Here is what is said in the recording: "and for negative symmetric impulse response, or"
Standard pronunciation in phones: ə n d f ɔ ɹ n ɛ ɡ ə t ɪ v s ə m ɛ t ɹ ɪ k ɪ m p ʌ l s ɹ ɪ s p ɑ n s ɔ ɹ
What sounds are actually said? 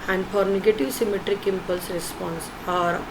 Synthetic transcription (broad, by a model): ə n d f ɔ ɹ n ɛ ɡ ə t ɪ v s ə m ɛ t ɹ ɪ k ɪ m p ʌ l s ɹ ɪ s p ɑ n s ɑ ɹ